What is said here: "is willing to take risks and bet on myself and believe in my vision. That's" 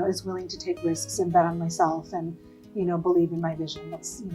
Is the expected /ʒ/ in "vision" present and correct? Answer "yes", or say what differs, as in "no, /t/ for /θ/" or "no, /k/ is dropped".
yes